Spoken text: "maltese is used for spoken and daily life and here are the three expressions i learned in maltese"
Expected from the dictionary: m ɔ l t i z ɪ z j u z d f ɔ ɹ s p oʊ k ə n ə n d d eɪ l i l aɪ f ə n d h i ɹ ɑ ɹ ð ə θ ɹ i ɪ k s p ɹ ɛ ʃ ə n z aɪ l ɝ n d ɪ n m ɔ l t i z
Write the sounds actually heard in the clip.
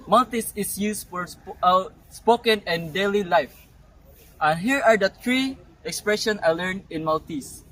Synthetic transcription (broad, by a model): m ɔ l t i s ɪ s j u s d f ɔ ɹ s p oʊ k ə n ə n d d eɪ l i l aɪ f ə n h i ɹ ɑ ɹ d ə t ɹ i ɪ k s p ɹ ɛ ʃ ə n s aɪ l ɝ n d ɪ n m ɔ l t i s